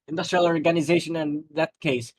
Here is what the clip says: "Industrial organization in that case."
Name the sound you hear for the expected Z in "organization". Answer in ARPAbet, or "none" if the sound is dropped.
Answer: Z